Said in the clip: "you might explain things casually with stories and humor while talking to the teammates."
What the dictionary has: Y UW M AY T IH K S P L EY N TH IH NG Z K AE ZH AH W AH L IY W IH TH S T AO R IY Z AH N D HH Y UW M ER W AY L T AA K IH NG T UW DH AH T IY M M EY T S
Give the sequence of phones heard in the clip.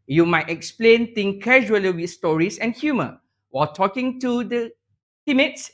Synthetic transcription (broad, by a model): Y UW M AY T IH K S P L EY N T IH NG K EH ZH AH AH L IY W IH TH S T AO R IY S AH N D HH Y UW M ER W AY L T AA K IH NG T UW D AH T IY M M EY T S